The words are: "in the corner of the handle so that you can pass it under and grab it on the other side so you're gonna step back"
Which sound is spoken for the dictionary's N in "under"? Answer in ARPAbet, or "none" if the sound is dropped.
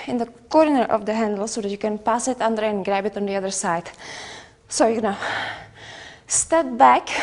N